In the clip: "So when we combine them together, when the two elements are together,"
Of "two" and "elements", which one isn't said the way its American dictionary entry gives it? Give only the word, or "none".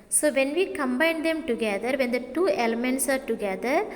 none